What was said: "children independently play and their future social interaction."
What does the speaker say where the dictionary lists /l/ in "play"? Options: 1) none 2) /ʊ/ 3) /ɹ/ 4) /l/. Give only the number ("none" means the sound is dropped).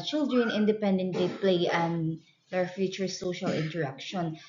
4